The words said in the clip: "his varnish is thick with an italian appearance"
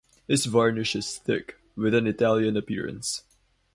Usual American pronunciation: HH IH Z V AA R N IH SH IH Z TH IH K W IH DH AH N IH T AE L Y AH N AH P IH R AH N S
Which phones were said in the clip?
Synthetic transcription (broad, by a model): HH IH S V AA R N IH SH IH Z TH IH K W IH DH AH N IH T AE L Y AH N AH P IH R AH N S